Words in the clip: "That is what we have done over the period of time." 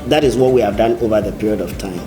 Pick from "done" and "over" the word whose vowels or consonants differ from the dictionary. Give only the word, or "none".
none